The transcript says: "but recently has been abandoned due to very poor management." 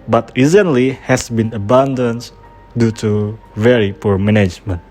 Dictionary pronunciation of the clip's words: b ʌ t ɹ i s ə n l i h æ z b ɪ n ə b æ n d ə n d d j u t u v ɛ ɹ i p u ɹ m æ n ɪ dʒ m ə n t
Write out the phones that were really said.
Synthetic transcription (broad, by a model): b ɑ t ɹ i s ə n l i h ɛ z b ɪ n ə b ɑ n d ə n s d j u t u v ɛ ɹ i p u ɹ m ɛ n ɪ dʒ m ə n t